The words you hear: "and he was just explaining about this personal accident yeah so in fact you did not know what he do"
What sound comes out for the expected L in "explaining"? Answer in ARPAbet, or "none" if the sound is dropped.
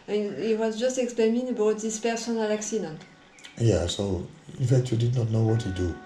none